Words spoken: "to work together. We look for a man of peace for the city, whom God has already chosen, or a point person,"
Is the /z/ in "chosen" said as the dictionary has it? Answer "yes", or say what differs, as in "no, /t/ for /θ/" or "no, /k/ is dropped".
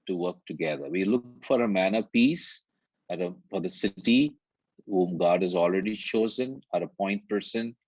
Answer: yes